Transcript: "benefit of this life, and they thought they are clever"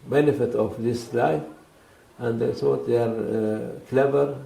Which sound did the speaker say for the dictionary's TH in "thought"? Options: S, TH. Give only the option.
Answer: S